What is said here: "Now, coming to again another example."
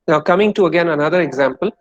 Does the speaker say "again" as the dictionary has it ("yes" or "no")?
yes